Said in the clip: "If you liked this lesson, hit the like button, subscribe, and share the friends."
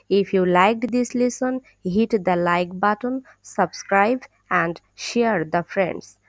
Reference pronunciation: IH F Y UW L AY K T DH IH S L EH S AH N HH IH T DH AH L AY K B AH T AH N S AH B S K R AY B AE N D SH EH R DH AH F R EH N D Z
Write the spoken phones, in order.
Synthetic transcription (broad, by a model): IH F Y UW L AY K T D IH S L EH S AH N HH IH T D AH L AY K B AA T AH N S AH B S K R AY B AE N D SH EH R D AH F R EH N D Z